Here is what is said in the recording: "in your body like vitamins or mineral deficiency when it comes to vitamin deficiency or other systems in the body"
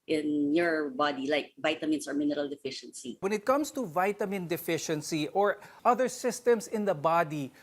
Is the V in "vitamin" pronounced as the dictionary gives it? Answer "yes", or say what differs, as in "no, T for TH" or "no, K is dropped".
yes